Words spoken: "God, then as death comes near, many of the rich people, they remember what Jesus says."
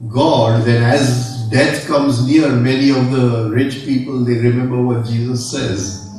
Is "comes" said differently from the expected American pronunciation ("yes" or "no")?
no